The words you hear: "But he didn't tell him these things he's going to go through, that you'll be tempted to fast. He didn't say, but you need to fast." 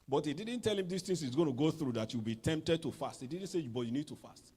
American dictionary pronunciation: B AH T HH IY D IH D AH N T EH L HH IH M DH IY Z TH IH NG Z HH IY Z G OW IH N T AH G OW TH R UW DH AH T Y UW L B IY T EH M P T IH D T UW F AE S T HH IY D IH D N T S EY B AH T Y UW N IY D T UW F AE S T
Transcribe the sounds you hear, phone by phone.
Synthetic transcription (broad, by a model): B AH T HH IY D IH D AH N T EH L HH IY M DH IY S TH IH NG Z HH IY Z G OW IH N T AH G OW TH R UW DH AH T Y UW L B IY T EH M P T IH D T UW F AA S T HH IY D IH D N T S EY B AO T Y UW N IY D T UW F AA S T